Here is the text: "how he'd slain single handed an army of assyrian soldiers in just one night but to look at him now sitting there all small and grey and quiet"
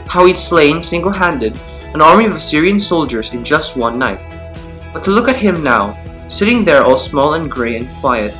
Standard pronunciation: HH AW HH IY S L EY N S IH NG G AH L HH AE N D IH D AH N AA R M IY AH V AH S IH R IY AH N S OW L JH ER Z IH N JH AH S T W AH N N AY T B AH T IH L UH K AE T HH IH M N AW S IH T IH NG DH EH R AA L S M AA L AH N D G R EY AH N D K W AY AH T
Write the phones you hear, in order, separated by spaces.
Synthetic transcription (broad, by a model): HH AW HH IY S L EY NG S IH NG G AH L HH AE N D IH D AH N AA R M IY AH V AH S IH R IY AH N S OW L JH ER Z IH N JH AH S T W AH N N AY T B AH T IH L UH K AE T HH IH M N AW S IH T IH NG DH EH R AA L S M AA L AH N G R EY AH N K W AY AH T